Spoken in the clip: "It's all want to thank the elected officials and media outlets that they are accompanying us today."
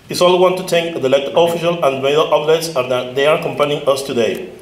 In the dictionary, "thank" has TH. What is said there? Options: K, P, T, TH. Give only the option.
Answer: T